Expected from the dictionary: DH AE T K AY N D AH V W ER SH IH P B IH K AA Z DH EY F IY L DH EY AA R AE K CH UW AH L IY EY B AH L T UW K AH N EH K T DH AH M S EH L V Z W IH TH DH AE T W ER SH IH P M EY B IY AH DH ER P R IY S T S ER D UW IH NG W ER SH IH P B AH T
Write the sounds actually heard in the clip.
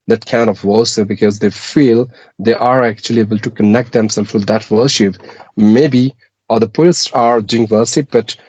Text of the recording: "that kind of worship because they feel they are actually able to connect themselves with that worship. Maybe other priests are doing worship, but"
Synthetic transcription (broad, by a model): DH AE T K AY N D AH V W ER S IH B IH K AA Z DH EY F IY L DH EY AA R AE K CH UW AH L IY EY B AH L T UW K AH N EH K T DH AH M S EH L Z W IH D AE T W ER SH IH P M EY B IY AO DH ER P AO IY T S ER D UW IH NG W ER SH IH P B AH T